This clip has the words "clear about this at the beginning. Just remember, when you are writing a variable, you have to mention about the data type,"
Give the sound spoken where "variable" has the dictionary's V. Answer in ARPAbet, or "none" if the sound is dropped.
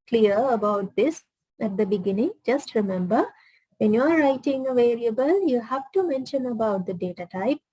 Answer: V